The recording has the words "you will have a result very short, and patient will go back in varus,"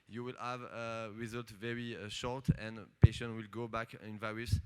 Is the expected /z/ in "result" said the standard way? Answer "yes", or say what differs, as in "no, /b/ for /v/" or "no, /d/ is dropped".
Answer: yes